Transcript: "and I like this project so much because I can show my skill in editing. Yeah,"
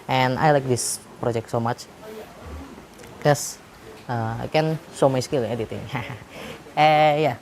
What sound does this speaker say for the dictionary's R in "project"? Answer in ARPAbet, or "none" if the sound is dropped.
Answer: R